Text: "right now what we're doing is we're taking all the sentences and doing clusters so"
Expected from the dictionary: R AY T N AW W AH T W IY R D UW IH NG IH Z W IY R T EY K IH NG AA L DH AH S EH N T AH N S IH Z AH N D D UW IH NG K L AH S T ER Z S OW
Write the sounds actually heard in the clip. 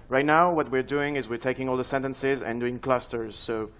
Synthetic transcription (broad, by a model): R AY T N AW W AH T W IY R D UW IH NG IH Z W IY R T EY K IH NG AA L DH AH S EH N T AH N S IH Z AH N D D UW IH NG K L AH S T ER Z S OW